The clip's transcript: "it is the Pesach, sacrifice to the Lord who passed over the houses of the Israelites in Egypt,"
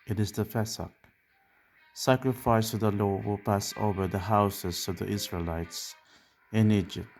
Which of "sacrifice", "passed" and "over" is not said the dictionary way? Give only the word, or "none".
passed